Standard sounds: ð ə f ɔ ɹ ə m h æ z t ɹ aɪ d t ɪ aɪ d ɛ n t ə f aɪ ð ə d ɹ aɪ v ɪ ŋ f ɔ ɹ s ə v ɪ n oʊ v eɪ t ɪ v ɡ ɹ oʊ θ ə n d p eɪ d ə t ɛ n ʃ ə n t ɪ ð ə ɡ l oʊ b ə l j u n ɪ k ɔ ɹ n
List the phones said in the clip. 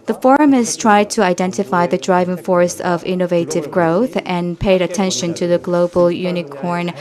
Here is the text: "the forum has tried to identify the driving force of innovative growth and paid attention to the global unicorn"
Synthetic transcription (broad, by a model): ð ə f ɔ ɹ ə m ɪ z t ɹ aɪ d t ɪ aɪ d ɛ n t ə f aɪ ð ə d ɹ aɪ v ɪ ŋ f ɔ ɹ s ə v ɪ n oʊ v eɪ t ɪ v ɡ ɹ oʊ θ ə n p eɪ d ə t ɛ n ʃ ə n t ɪ ð ə ɡ l oʊ b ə l j u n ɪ k ɔ ɹ n